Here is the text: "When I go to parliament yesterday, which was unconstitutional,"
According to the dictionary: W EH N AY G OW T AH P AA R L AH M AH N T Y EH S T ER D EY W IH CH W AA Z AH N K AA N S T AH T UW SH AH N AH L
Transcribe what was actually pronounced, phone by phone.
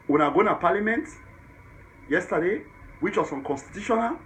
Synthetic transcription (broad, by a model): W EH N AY G OW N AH P AA L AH M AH N T Y EH S T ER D EY W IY CH W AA S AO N K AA N S T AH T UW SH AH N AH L